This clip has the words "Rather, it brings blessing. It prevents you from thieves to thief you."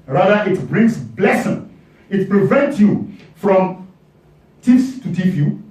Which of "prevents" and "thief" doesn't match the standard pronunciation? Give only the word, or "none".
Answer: thief